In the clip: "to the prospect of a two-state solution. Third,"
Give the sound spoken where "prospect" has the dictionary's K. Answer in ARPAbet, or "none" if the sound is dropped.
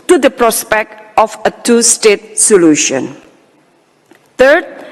K